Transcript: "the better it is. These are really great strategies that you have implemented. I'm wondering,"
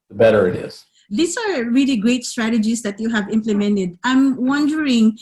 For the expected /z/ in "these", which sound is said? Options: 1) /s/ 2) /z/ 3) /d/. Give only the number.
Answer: 1